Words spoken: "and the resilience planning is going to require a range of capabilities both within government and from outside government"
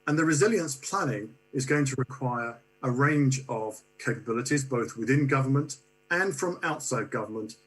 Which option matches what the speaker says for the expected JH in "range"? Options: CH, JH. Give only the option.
JH